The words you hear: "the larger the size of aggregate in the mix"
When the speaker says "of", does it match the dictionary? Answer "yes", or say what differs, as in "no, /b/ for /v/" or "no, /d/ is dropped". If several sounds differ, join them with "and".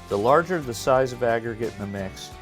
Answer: yes